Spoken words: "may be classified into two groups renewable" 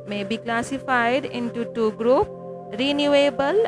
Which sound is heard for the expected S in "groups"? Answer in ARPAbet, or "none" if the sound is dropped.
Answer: none